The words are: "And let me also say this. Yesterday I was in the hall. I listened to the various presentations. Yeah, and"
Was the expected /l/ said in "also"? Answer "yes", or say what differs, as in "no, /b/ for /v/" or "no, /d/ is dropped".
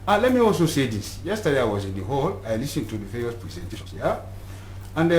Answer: yes